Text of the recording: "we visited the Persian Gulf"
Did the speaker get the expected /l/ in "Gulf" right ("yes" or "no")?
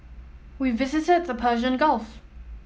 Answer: yes